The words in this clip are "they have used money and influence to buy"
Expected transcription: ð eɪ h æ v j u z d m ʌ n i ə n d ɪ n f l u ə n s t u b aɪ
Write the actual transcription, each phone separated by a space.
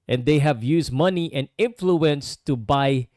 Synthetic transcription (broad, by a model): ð eɪ h æ v j u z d m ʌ n i ə n d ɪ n f l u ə n s t u b aɪ